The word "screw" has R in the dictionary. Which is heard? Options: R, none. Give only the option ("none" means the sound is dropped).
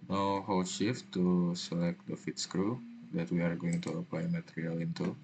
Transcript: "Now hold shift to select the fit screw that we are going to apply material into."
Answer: R